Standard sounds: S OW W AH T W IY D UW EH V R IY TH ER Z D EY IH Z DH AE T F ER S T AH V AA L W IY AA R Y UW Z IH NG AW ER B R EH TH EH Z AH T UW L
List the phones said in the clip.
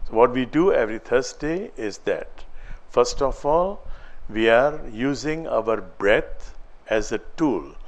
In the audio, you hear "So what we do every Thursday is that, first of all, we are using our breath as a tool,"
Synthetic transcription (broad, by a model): S OW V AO T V IY D UW EH V R IY T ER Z D EY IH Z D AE T F ER S T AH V AA L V IY AA R Y UW Z IH NG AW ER B R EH T EH Z AH T UW L